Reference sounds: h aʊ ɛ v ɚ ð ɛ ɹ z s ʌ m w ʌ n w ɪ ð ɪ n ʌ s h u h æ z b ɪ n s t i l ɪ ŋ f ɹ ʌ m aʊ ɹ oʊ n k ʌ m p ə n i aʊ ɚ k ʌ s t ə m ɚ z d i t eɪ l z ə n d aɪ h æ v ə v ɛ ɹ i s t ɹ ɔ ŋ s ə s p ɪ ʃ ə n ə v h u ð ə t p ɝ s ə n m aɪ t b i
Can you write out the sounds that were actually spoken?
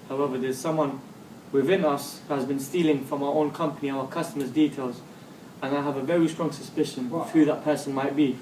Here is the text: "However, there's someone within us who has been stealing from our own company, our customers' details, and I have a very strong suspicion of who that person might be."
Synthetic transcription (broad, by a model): h aʊ ɛ v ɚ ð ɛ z s ʌ m w ʌ n w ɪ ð ɪ n ʌ s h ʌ z b ɪ n s t i l ɪ ŋ f ɹ ʌ m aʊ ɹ oʊ n k ʌ m p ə n i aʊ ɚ k ʌ s t ə m ɚ z d i t eɪ l z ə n aɪ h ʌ v ə v ɛ ɹ i s t ɹ ɔ ŋ s ə s p ɪ ʃ ə n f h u ð ə t p ɝ s ə n m aɪ t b i